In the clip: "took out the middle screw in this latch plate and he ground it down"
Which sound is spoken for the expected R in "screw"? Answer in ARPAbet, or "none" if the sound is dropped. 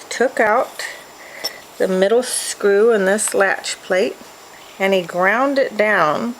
R